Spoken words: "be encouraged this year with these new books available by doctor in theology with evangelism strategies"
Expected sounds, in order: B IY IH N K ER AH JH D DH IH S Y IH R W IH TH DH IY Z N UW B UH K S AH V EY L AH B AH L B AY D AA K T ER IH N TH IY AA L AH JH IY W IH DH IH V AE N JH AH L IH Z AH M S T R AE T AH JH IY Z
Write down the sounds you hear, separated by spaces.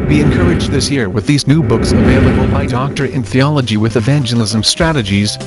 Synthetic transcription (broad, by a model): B IY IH N K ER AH JH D DH IH S Y IH R W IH DH IY Z N UW B UH K S AH V EY L AH B AH L B AY D AA K T ER IH N TH IY AA L AH JH IY W IH DH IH V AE N JH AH L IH Z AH M S T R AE T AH JH IY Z